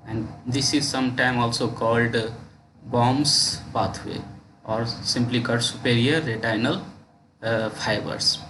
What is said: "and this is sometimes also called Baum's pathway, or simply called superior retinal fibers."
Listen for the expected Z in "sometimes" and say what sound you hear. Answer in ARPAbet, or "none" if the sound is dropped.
none